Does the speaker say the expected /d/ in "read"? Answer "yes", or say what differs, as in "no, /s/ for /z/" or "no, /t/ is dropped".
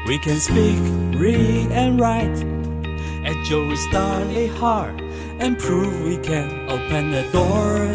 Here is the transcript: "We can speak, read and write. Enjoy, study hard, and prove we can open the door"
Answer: no, /d/ is dropped